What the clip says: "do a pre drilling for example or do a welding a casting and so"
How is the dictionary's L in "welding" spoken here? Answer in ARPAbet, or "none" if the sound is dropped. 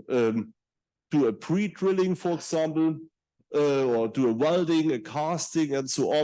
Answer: L